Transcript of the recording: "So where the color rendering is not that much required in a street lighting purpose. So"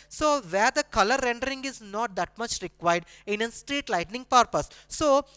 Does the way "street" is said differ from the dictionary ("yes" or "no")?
no